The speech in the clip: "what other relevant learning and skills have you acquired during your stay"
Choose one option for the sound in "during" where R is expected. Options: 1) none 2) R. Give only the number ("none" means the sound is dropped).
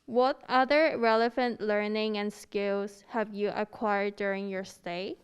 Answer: 2